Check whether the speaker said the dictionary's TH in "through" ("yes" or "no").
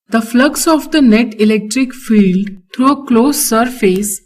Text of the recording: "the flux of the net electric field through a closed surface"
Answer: no